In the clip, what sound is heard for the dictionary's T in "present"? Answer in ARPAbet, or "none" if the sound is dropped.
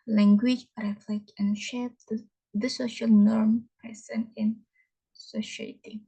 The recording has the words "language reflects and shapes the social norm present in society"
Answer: none